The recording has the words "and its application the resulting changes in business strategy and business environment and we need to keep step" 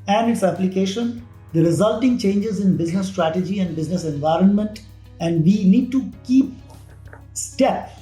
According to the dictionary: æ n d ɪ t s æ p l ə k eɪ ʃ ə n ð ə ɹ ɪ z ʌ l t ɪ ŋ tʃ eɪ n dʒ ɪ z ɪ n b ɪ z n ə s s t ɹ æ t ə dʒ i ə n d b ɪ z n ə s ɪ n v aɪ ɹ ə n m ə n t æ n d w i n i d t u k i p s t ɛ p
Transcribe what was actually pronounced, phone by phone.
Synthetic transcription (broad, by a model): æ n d ɪ t s æ p l ə k eɪ ʃ ə n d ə ɹ ɪ z ʌ l t ɪ ŋ tʃ eɪ n dʒ ɪ z ɪ n b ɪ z n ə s s t ɹ æ t ə dʒ i ə n d b ɪ z n ə s ɪ n v aɪ ɹ ə n m ə n t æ n d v i n i d t u k i p s t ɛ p